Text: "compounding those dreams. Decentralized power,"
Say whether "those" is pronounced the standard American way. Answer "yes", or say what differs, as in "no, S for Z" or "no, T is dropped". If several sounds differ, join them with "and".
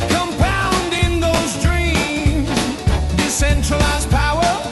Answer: yes